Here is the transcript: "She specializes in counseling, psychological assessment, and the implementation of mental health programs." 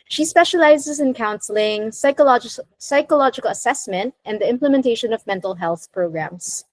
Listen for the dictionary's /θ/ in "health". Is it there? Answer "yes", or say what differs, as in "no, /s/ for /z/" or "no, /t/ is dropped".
yes